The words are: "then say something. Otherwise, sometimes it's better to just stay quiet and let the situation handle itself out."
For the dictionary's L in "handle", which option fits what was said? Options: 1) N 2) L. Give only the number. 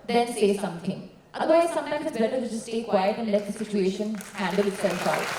2